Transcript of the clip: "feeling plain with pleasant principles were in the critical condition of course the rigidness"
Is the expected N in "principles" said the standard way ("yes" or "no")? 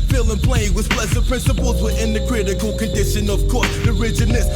yes